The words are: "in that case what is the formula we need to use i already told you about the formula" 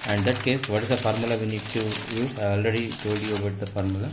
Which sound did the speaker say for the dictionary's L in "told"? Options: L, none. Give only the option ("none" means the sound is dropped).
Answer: none